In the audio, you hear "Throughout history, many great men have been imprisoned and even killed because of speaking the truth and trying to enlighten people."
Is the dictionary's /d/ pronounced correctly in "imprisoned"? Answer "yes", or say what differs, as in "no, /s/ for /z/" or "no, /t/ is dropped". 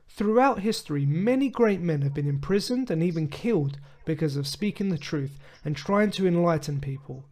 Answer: yes